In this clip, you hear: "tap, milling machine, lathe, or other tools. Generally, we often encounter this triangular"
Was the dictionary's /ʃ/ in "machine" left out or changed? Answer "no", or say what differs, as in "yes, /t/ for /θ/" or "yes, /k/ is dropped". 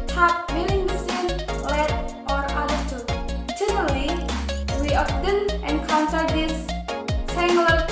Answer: yes, /s/ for /ʃ/